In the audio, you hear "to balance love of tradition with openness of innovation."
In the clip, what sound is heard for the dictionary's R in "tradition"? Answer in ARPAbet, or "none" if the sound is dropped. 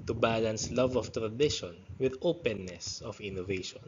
R